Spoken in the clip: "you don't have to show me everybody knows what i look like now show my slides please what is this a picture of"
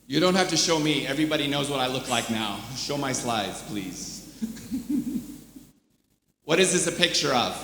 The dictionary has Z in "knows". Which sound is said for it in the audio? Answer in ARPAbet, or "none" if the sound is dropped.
Z